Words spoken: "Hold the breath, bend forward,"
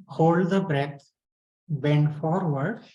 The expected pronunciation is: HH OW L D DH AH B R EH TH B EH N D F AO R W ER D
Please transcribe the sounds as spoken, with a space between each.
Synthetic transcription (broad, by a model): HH OW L D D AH B R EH T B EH N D F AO R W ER D